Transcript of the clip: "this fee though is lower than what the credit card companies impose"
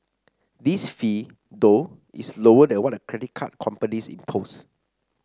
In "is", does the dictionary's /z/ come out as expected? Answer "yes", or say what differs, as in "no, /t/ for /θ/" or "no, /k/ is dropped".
no, /s/ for /z/